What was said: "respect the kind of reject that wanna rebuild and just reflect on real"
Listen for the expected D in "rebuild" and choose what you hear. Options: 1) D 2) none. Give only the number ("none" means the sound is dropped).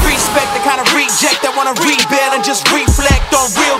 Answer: 2